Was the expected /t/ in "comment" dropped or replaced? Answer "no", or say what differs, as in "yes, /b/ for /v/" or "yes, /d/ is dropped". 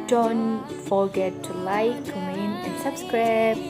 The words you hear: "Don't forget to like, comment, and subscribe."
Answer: yes, /t/ is dropped